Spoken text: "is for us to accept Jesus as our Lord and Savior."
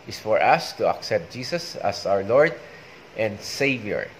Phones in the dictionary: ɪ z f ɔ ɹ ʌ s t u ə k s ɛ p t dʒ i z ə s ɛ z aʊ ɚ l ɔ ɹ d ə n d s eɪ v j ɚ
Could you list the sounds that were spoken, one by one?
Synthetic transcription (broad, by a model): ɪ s f ɔ ɹ ʌ s t u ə k s ɛ p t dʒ i s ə s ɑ s aʊ ɚ l ɔ ɹ d ə n d s eɪ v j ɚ